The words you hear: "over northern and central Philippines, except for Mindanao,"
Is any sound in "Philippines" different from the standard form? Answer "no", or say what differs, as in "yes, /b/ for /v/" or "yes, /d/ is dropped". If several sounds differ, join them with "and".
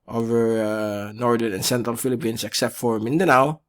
yes, /s/ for /z/